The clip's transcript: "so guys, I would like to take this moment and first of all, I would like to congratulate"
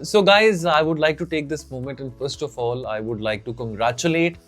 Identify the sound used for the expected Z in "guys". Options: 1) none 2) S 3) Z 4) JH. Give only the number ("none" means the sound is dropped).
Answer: 3